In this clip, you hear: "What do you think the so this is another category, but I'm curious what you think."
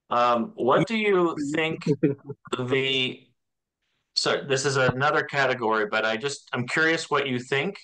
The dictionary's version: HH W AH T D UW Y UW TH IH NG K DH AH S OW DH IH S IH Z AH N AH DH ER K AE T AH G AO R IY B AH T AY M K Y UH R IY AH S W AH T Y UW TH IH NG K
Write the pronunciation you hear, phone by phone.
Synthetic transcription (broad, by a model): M W AH T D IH Y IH TH IH NG K DH AH S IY DH IH S IH Z AH N AH DH ER K AE T AH G AO R IY B AH T AY M K Y UH R IY AH S W AH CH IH TH IH NG K